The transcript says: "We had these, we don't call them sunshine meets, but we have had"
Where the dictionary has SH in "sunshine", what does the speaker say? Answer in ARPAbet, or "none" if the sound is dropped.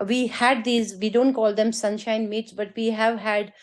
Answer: SH